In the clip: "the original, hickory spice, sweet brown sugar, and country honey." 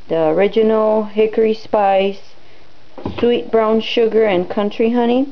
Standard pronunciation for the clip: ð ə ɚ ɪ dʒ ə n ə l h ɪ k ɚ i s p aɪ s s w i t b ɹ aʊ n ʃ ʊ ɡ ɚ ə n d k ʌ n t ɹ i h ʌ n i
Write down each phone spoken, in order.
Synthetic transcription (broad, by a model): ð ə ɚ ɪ dʒ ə n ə l h ɪ k ɚ i s p aɪ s s w i t b ɹ aʊ n ʃ ʊ ɡ ɚ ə n k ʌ n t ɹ i h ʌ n i